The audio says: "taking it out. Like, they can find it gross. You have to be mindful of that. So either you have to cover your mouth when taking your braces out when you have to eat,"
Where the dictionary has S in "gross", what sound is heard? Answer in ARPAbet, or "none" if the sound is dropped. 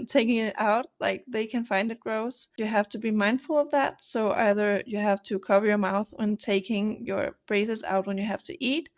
S